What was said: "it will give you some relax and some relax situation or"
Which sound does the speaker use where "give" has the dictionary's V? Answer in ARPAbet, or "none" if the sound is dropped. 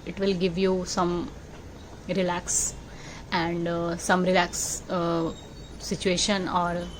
V